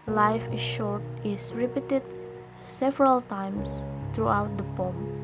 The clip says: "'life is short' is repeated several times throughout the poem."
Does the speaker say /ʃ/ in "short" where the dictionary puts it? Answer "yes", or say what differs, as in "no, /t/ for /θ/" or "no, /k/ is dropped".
yes